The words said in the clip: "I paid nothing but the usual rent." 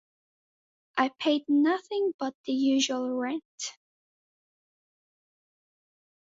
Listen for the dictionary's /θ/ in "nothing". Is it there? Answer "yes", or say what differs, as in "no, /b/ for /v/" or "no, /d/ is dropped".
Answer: yes